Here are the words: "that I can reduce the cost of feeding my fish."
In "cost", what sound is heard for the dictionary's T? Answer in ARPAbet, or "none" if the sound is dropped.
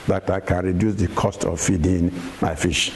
T